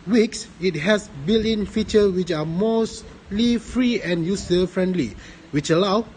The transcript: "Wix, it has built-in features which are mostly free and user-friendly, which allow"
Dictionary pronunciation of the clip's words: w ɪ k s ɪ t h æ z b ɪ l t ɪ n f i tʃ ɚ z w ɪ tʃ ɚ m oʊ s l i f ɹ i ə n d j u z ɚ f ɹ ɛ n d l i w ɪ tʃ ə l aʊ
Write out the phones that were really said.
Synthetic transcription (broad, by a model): w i k s ɪ t h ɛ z b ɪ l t ɪ n f i tʃ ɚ w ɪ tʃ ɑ m oʊ s l i f ɹ i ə n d j u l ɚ f ɹ ɛ n d l i w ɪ tʃ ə l aʊ